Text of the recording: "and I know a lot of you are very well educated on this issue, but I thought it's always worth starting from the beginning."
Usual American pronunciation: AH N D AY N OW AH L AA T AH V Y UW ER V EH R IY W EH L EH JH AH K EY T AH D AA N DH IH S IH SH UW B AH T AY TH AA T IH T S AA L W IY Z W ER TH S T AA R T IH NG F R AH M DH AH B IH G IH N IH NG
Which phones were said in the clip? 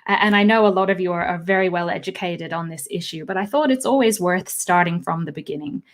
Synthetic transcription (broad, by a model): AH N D AY N OW AH L AA T AH V Y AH ER V EH R IY W EH L EH JH AH K EY T AH D N DH IH S IH SH UW B AH T AY TH AA T IH T S AA L W IY Z W ER TH S T AA R T IH NG F R AH M DH AH B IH G IH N IH NG